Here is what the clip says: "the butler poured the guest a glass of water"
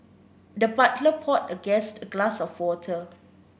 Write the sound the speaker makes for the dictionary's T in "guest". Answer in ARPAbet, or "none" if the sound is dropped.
T